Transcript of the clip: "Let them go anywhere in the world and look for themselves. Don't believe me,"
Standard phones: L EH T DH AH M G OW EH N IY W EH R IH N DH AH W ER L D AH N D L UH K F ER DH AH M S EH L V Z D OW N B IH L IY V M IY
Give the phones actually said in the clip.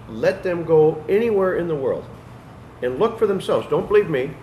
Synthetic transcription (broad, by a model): L EH T DH AH M G OW EH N IY W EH R IH N DH AH W ER L D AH N L UH K F ER DH AH M S EH L V Z D OW N B IH L IY V M IY